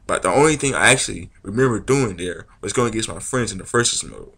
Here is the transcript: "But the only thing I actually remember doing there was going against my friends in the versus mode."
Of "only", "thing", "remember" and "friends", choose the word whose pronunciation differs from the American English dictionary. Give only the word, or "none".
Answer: none